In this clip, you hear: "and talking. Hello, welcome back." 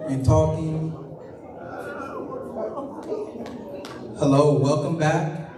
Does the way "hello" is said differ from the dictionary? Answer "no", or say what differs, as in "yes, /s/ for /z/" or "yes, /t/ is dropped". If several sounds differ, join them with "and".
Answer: no